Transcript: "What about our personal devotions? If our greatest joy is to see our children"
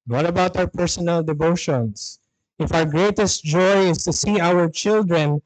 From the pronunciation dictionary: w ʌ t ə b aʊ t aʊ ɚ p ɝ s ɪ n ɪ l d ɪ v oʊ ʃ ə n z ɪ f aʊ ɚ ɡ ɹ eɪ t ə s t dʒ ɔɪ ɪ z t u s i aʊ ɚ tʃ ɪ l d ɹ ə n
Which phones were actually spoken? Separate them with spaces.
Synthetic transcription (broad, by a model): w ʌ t ə b aʊ t aʊ ɚ p ɝ s ɪ n ɪ l d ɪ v oʊ ʃ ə n s ɪ f aʊ ɚ ɡ ɹ eɪ t ə s t dʒ ɔɪ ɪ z t u s i aʊ ɚ tʃ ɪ l d ɹ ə n